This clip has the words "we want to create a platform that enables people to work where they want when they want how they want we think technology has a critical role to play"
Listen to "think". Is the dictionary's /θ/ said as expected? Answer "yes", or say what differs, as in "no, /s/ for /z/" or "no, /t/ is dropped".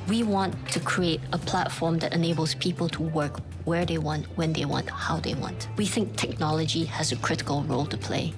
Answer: yes